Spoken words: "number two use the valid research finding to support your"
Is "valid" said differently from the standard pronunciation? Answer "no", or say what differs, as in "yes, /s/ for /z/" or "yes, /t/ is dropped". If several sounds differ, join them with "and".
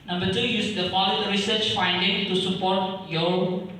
yes, /p/ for /v/